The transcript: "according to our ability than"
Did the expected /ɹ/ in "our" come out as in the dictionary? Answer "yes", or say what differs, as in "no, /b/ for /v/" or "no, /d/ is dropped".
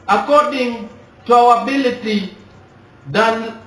no, /w/ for /ɹ/